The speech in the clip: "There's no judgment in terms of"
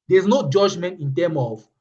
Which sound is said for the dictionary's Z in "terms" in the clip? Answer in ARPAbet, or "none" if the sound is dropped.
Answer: none